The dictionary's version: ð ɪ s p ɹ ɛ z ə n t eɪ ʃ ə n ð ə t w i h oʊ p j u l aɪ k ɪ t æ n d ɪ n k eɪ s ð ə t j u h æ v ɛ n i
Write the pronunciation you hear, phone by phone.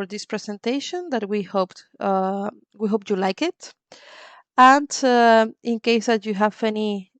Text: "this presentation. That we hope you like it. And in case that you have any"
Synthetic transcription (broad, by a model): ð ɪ s p ɹ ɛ s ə n t eɪ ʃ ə n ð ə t w i h oʊ p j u l aɪ k ɪ t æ n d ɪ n k eɪ s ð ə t j u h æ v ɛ n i